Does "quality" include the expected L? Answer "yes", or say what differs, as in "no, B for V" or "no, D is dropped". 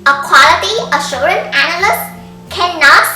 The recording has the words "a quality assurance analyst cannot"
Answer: yes